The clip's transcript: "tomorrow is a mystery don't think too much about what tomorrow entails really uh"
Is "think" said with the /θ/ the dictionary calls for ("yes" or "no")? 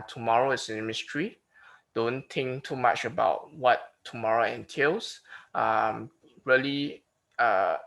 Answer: no